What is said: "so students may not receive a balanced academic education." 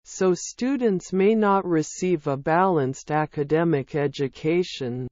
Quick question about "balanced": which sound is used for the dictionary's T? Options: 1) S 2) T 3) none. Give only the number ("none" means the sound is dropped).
2